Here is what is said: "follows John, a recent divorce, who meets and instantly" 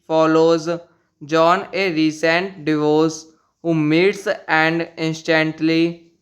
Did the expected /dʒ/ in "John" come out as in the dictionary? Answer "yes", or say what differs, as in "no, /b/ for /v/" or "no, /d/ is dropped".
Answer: yes